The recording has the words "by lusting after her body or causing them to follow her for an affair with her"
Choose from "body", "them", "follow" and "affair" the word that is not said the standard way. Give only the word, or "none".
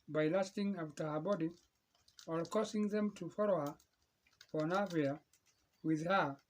affair